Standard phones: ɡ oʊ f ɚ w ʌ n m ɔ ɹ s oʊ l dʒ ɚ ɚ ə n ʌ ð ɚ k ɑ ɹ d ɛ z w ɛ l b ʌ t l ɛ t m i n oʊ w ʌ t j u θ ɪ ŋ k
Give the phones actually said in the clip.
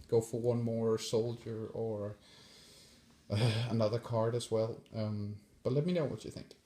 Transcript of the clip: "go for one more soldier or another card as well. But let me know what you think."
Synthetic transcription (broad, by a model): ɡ oʊ f ɚ w ʌ n m ɔ ɹ s oʊ l dʒ ɚ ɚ ə n ʌ ð ɚ k ɑ ɹ d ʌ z w ɛ l b ʌ t l ɛ t m i n oʊ w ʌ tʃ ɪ θ ɪ ŋ k